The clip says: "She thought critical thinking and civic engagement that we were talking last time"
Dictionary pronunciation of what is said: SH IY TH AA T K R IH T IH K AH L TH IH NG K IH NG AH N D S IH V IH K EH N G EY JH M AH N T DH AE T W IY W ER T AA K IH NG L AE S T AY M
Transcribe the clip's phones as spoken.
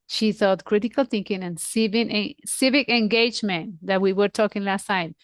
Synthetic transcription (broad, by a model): SH IY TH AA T K R IH T IH K AH L TH IH NG K IH NG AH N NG S IH V IH K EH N G EY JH M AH N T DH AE T W IY W ER T AA K IH NG L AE S T AY M